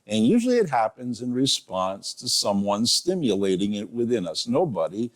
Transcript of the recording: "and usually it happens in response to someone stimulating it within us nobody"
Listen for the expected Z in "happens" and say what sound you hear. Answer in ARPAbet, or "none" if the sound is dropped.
Z